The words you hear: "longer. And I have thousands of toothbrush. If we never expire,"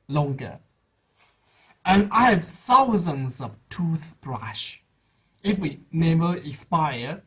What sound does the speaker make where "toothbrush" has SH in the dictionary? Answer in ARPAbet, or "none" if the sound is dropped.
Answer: SH